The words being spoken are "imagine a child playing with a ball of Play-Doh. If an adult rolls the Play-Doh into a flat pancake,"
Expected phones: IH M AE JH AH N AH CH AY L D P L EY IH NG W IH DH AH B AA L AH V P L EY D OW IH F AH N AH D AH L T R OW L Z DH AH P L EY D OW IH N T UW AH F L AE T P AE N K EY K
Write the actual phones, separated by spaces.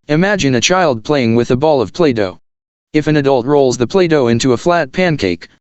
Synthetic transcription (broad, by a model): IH M AE JH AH N AH CH AY L D P L EY IH NG W IH DH AH B AA L AH V P L EY D OW IH F AH N AH D AH L T R OW L Z DH AH P L EY D OW IH N T UW AH F L AE T P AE N K EY K